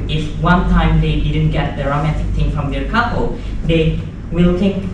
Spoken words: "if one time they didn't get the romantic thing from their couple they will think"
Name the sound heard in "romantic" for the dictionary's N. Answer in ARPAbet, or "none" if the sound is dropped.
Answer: N